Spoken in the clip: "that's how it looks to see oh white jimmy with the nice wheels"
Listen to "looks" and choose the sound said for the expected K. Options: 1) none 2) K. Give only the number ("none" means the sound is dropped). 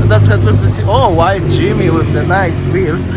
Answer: 1